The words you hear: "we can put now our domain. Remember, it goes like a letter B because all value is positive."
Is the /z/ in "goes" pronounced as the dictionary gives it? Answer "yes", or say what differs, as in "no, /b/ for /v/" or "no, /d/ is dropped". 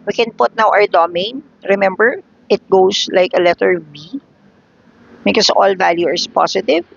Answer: no, /s/ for /z/